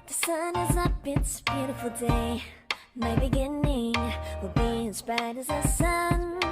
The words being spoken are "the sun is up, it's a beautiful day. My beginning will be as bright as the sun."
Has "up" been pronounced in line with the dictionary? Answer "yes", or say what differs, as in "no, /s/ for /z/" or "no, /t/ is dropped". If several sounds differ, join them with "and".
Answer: no, /b/ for /p/